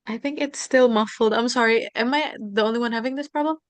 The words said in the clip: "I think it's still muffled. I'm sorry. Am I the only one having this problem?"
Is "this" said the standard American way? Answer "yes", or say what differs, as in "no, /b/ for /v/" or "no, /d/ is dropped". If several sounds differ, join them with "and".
yes